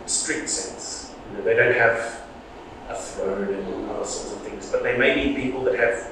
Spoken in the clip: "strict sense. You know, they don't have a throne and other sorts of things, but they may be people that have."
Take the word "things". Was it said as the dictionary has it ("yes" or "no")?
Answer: yes